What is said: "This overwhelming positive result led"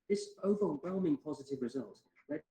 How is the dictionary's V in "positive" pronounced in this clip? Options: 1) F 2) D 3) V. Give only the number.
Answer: 3